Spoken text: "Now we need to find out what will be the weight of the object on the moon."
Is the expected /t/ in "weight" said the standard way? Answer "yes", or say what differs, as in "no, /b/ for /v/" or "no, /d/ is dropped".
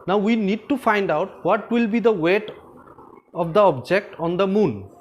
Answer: yes